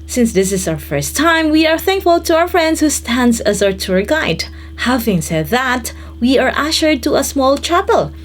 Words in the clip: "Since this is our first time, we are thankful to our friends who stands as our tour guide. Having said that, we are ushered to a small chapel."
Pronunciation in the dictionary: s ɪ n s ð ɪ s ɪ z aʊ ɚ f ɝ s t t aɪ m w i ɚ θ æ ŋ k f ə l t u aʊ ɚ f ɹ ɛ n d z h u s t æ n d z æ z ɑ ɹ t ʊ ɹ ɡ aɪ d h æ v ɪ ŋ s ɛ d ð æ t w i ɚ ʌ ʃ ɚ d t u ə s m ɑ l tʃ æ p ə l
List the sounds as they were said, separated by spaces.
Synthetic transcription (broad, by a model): s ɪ n s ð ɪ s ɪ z aʊ ɚ f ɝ s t t aɪ m w i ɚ θ æ ŋ k f ə l t u aʊ ɚ f ɹ ɛ n d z h u s t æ n d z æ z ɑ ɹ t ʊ ɹ ɡ aɪ d h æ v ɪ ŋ s ɛ d ð æ t w i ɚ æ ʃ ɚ d t u ə s m ɑ l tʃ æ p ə l